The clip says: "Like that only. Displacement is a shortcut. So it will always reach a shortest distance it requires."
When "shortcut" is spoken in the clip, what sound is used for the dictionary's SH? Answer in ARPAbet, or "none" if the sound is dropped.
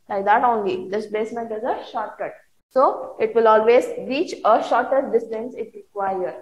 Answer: SH